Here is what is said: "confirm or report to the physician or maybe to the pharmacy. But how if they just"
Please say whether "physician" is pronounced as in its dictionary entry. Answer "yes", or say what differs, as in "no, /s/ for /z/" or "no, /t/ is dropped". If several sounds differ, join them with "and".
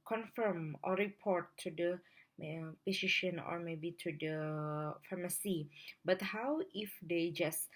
no, /p/ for /f/